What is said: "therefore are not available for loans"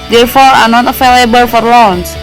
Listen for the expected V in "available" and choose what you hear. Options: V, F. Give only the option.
F